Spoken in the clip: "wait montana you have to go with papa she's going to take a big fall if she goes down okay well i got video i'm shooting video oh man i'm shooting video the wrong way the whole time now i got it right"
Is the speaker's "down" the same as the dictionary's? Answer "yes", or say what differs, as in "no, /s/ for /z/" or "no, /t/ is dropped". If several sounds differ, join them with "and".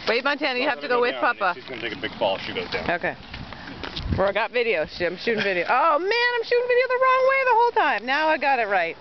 no, /n/ is dropped